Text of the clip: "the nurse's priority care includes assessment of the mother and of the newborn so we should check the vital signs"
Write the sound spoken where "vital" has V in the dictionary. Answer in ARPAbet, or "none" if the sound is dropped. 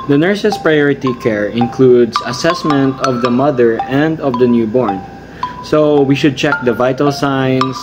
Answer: V